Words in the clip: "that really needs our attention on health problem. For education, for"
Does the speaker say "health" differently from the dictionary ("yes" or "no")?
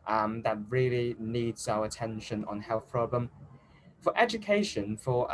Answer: no